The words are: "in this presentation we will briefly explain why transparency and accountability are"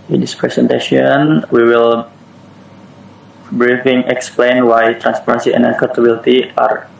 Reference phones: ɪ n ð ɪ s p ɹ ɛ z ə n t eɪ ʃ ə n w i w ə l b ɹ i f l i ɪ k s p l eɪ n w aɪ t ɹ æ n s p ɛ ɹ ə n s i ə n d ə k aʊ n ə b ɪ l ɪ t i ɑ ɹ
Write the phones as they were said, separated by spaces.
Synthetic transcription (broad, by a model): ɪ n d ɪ s p ɹ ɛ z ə n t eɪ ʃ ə n w i w ə l b ɹ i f i ɪ k s p l eɪ n w aɪ t ɹ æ n s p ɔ ɹ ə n s i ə n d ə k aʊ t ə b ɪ l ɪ t i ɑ ɹ